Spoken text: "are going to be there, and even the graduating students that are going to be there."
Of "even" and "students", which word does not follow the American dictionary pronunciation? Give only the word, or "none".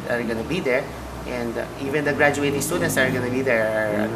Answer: none